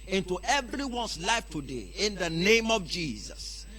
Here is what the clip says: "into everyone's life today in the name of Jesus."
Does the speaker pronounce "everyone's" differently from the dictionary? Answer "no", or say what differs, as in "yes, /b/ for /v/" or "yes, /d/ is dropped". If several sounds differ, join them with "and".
yes, /s/ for /z/